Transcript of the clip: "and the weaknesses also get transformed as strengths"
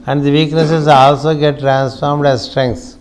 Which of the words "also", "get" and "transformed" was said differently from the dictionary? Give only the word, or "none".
none